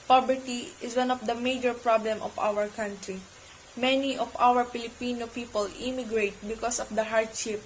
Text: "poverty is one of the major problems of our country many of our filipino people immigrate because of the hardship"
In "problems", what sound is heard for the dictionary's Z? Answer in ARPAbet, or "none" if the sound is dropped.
none